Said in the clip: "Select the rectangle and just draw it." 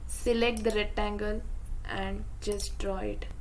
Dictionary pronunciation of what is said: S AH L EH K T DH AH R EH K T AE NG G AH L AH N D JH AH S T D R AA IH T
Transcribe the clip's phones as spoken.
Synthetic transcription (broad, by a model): S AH L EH K T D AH R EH T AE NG G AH L AH N D JH AH S T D R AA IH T